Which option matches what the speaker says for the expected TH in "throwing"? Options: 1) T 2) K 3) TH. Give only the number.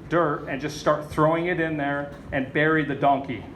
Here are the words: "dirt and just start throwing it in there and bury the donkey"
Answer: 3